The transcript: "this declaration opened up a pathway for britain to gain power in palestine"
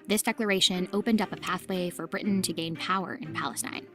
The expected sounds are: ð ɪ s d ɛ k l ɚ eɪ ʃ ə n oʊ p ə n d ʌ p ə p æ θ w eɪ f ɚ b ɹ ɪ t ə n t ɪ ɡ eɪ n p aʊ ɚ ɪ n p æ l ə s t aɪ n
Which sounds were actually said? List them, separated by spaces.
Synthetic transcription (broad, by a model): ð ɪ s d ɛ k l ɚ eɪ ʃ ə n oʊ p ə n d ʌ p ə p æ θ w eɪ f ɚ b ɹ ɪ t n t ɪ ɡ eɪ n p aʊ ɚ ɪ n p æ l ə s t aɪ n